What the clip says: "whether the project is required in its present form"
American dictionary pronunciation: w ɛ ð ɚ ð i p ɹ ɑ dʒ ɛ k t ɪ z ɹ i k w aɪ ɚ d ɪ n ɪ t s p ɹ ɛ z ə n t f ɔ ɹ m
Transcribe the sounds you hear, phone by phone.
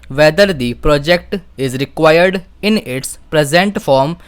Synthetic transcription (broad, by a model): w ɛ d ɚ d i p ɹ ɑ dʒ ɛ k t ɪ z ɹ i k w aɪ ɚ d ɪ n ɪ t s p ɹ ɛ z ə n t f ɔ ɹ m